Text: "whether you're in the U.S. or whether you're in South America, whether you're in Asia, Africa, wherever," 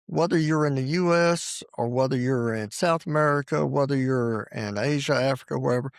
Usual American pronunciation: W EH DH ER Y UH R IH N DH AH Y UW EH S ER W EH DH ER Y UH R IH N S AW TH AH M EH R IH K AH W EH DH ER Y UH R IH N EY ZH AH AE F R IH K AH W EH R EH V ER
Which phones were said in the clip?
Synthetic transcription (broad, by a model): W EH DH ER Y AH R IH N DH AH Y UW EH S ER W EH DH ER Y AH R IH N S AW TH AH M EH R IH K AH W EH DH ER Y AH R IH N EY ZH AH AE F R IH K AH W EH R EH V ER